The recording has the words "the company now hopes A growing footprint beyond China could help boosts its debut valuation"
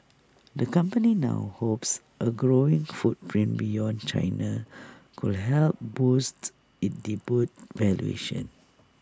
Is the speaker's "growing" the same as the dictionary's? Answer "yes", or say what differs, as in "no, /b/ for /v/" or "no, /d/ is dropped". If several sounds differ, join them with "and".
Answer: yes